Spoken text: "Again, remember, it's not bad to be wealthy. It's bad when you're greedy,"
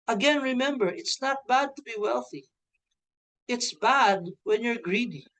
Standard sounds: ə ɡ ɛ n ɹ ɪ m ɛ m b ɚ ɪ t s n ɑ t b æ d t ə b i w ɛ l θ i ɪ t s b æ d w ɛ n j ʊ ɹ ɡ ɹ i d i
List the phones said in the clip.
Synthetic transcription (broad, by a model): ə ɡ ɛ n ɹ ɪ m ɛ m b ɚ ɪ t s n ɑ t b æ d t ə b i w ɛ l θ i ɪ t s b æ d w ɛ n j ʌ ɹ ɡ ɹ i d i